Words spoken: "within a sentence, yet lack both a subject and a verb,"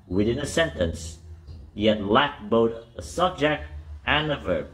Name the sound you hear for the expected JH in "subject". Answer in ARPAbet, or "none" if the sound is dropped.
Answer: JH